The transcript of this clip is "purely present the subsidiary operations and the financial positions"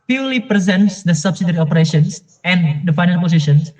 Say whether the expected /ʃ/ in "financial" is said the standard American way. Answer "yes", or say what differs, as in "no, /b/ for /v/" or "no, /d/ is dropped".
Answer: no, /ʃ/ is dropped